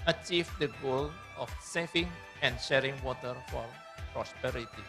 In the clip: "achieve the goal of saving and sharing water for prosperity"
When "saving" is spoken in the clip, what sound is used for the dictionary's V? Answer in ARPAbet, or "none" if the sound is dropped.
F